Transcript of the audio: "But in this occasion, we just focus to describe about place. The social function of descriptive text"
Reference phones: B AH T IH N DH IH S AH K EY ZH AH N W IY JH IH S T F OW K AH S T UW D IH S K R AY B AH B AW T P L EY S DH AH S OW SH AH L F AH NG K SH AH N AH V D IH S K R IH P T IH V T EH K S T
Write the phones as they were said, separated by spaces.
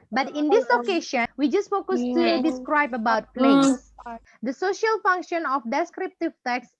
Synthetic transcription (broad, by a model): B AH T IH N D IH S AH K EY SH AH N W IY JH IH S T F OW K AH S T UW D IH S K R AY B AH B AW T P L EY S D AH S OW SH AH L F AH NG K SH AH N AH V D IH S K R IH P T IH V T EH K S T